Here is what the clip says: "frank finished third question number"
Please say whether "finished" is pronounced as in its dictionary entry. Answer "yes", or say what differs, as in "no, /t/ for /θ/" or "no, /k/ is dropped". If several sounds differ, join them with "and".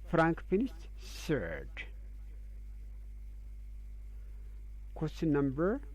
no, /s/ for /ʃ/